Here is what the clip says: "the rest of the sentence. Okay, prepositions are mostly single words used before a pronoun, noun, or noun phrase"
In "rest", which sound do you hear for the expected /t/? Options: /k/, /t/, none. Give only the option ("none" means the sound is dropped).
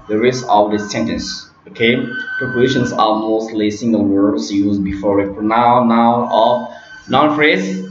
none